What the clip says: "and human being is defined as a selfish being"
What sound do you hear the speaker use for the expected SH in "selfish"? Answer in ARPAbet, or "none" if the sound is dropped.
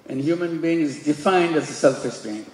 S